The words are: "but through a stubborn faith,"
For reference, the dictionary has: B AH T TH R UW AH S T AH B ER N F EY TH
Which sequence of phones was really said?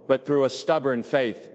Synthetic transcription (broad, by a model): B AH T TH R UW AH S T AH B ER N F EY TH